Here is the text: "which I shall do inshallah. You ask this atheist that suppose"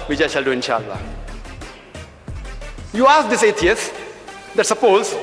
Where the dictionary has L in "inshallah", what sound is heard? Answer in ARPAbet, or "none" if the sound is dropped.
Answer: L